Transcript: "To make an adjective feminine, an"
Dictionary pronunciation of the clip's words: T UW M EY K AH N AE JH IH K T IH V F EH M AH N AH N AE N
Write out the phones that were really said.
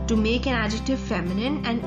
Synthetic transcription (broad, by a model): T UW M EY K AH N AE JH IH K T IH V F EH M AH N AH N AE N